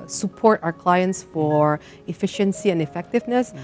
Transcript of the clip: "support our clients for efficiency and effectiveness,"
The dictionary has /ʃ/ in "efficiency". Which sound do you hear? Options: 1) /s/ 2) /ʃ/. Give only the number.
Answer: 2